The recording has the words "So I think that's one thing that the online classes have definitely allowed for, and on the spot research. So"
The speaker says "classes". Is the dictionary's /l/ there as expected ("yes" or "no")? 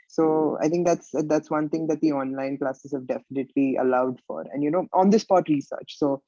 yes